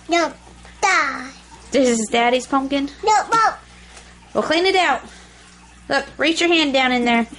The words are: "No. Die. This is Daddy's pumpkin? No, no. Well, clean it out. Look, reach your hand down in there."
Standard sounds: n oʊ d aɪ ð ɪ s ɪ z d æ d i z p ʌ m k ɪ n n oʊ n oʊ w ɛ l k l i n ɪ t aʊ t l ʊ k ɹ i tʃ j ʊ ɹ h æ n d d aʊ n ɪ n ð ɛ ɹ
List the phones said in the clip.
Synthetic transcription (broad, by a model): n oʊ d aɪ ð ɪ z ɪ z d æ d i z p ʌ m k ɪ n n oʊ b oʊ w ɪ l k l i n ɪ t aʊ t l ʊ k ɹ i tʃ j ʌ ɹ h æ n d d aʊ n ɪ n ð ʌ ɹ